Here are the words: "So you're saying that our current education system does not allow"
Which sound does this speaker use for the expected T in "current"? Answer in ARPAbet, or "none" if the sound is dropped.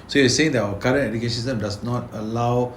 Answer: none